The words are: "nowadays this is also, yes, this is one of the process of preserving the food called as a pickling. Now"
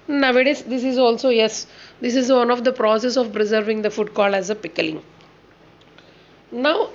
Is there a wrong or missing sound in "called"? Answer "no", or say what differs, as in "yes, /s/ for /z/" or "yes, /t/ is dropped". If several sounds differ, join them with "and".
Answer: yes, /d/ is dropped